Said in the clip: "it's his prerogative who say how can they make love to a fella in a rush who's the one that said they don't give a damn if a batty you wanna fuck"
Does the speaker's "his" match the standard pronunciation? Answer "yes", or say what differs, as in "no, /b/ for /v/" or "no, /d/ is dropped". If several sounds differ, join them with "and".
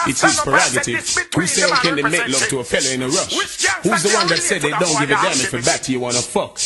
no, /s/ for /z/